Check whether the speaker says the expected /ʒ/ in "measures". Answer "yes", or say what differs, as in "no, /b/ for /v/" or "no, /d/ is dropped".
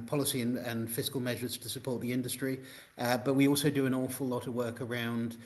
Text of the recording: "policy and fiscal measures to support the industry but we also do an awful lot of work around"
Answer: yes